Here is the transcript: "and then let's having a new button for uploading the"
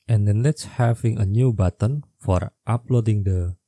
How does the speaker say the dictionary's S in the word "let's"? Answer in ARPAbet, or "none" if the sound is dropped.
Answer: S